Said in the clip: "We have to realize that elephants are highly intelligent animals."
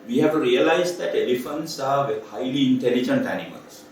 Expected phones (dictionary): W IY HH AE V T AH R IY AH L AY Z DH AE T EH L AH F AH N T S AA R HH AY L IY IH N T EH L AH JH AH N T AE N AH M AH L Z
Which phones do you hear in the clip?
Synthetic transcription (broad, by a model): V IY HH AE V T R IY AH L AY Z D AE T EH L AH F AH N T S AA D HH AY L IY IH N T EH L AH JH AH N T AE N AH M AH L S